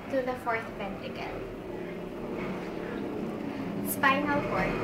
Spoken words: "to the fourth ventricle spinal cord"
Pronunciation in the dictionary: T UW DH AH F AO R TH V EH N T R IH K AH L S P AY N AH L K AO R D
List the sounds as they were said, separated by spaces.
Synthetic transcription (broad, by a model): T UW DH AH F AO R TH P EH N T IH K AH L S P AY N AH L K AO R